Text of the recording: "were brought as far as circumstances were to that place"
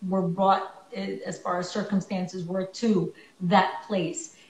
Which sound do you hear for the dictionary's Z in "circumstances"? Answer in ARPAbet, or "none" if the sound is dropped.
Z